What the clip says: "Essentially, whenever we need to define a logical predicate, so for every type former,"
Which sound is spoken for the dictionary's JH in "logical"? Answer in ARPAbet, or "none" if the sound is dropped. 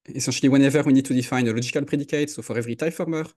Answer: ZH